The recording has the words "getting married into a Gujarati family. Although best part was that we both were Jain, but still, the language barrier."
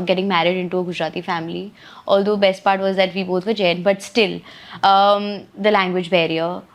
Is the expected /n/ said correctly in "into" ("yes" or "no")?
yes